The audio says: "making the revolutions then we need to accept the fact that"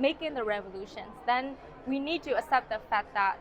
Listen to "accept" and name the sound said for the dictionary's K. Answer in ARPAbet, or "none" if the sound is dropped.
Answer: none